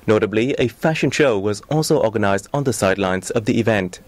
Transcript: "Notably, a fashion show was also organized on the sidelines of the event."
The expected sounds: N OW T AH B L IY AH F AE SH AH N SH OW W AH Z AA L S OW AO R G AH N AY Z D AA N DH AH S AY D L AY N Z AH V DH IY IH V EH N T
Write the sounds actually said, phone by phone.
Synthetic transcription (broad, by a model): N OW T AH B L IY AH F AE SH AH N SH OW W AH Z AA L S OW AO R G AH N AY Z D N DH AH S AY D L AY N Z AH V DH IY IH V EH N T